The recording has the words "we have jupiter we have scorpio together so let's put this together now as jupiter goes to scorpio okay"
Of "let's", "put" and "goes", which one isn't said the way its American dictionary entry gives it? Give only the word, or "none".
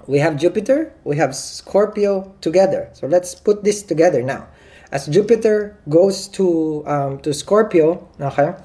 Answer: goes